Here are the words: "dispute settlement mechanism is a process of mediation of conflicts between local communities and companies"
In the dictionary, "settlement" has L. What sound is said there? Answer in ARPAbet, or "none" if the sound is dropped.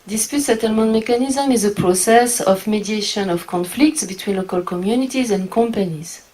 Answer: L